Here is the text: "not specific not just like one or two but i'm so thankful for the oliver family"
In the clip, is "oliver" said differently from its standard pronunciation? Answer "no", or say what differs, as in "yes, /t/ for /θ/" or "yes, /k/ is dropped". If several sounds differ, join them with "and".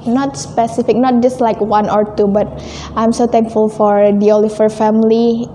yes, /f/ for /v/